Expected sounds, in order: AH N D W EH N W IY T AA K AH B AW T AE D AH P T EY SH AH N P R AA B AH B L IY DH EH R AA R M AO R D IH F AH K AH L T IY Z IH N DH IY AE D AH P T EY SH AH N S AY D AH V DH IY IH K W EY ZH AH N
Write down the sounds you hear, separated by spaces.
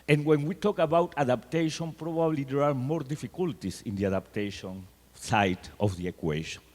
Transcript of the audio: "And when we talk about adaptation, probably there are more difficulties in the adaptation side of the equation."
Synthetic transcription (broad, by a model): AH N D W EH N W IY T AA K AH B AW T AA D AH P T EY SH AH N P R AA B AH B L IY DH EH R AA R M AO R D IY F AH K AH L T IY S IH N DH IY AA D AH P T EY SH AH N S AY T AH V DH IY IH K W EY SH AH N